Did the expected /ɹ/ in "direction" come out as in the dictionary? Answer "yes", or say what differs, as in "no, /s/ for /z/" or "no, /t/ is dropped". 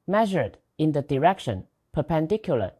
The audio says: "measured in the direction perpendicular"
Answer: yes